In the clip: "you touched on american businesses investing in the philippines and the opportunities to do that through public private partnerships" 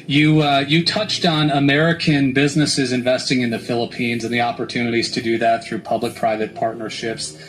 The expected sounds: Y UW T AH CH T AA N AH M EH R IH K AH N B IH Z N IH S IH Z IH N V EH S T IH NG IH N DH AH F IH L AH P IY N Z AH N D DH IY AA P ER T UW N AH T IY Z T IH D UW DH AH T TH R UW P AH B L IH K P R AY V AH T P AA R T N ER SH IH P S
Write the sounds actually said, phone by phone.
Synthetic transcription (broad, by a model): Y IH T AH CH T N AH M EH R IH K AH N B IH Z N IH S IH Z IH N V EH S T IH NG IH N DH AH F IH L AH P IY N Z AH N DH IY AA P ER T UW N AH T IY Z T IH D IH DH AH T TH R UW P AH B L IH K P R AY V AH T P AA R T N ER SH IH P S